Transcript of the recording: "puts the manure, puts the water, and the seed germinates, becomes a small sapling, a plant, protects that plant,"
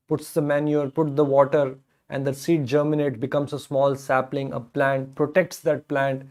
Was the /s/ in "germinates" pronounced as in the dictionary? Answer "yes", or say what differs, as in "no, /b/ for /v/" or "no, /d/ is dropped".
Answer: no, /s/ is dropped